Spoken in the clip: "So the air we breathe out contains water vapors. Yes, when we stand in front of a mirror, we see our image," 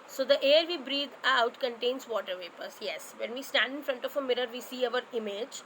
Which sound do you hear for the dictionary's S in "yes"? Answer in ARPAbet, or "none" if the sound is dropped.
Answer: S